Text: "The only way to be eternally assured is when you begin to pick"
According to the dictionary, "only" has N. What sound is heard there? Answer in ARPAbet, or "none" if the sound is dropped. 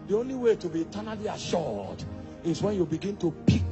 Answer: N